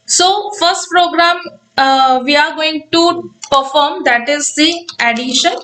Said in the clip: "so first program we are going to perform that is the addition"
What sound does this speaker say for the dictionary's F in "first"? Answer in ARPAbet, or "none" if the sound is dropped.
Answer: F